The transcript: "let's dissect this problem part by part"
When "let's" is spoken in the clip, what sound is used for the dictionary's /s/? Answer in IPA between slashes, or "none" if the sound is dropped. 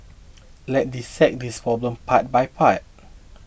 none